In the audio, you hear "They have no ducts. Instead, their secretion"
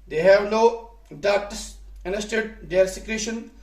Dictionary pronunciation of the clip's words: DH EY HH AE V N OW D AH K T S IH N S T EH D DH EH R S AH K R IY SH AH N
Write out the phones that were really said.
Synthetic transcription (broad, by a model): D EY HH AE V N OW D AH T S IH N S T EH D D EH R S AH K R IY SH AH N